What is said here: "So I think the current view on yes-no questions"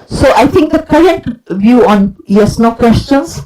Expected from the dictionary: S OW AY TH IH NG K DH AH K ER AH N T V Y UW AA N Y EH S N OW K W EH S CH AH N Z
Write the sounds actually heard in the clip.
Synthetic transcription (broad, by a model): S OW AY T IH NG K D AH K ER AH N T V Y UW AA N Y EH S N OW K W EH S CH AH N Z